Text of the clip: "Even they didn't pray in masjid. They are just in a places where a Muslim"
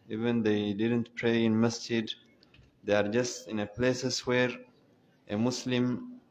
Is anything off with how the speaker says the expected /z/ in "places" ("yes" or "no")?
yes